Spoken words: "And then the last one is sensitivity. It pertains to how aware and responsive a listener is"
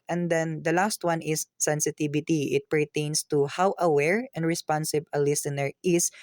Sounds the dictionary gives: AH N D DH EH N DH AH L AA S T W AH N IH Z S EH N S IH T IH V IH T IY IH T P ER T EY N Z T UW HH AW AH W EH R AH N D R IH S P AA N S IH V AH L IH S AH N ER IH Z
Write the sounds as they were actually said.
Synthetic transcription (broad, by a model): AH N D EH N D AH L AA S T W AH N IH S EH N S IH T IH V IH T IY IH T P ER T EY N S T UW HH AW AH W EH R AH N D R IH S P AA N S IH B AH L IH S AH N ER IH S